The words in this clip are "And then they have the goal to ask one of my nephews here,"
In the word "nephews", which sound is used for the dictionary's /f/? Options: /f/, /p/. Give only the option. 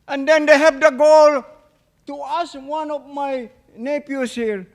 /p/